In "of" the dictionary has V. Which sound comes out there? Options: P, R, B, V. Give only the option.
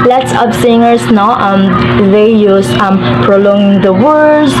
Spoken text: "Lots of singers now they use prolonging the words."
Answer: P